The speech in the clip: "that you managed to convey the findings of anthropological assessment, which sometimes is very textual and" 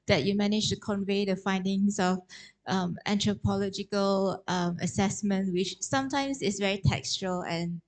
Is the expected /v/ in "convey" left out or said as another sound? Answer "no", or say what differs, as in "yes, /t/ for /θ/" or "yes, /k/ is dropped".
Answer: no